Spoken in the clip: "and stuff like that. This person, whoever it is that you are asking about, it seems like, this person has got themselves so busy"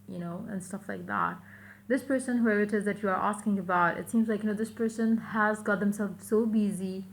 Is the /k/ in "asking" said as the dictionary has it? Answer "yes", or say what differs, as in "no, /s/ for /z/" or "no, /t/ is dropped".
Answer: yes